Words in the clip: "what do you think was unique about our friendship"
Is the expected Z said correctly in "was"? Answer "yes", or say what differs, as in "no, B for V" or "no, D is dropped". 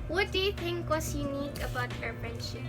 no, S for Z